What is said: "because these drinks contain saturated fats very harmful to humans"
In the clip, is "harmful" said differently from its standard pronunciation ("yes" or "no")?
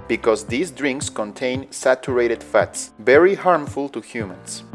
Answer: no